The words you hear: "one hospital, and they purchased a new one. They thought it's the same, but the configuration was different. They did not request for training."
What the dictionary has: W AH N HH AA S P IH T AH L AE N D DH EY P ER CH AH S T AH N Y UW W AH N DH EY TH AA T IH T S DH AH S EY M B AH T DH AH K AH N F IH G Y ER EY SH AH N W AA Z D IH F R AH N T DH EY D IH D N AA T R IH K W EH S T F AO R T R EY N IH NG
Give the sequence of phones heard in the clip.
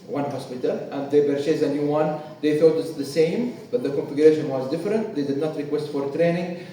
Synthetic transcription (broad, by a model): W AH N HH AA S P IH T AH L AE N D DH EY B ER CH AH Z AH N Y UW W AH N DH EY TH AA T IH T S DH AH S EY M B AH T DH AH K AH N F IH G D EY SH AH N W AA Z D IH F R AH N T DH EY D IH D N AA T R IH K W EH S T F AO R T R EY N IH NG